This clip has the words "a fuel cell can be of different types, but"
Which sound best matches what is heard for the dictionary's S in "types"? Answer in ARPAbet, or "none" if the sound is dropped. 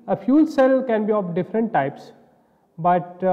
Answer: S